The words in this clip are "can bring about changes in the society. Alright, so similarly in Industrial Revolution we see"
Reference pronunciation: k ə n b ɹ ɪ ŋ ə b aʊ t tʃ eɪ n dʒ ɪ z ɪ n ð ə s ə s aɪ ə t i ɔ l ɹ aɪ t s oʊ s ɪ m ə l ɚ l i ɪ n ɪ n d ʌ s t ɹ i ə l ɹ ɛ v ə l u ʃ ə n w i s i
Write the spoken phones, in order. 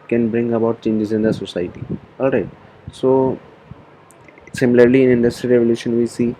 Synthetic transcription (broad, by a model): k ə n b ɹ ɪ ŋ ə b aʊ t tʃ eɪ n dʒ ɪ z ɪ n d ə s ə s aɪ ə t i ɔ l ɹ aɪ t s oʊ s ɪ m ə l ɚ l i ɪ n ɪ n d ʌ s t ɹ i ɹ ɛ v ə l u ʃ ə n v i s i